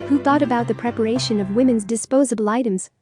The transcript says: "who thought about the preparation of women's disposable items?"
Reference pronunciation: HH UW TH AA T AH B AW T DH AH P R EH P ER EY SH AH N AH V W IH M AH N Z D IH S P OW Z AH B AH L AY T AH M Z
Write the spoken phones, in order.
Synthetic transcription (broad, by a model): HH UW TH AA T AH B AW T DH AH P R EH P ER EY SH AH N AH V W IH M AH N Z D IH S P OW Z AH B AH L AY T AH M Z